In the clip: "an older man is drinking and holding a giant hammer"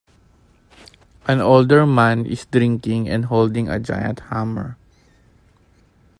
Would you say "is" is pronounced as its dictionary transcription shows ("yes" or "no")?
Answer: no